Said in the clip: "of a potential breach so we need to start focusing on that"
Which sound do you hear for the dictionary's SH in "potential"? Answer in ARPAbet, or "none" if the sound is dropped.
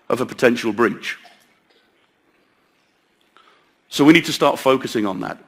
SH